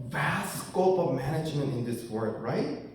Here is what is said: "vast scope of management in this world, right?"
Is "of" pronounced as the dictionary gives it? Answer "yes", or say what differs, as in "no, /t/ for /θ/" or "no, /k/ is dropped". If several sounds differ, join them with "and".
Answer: yes